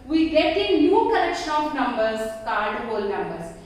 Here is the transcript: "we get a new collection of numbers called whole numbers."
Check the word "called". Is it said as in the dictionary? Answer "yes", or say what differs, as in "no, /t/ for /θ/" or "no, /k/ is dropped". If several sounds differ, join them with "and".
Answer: no, /l/ is dropped